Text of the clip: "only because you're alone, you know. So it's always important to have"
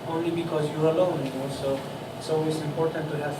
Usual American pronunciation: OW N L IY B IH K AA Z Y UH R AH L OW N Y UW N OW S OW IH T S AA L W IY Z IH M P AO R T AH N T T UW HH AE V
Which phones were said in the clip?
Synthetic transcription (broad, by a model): OW N L IY B IH K AA Z Y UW R AH L OW N Y UW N OW S OW IH T S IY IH M P AO R T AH N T T UW HH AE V